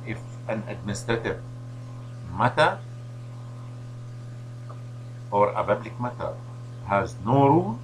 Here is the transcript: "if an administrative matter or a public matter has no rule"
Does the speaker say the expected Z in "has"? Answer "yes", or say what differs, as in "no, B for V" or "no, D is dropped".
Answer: yes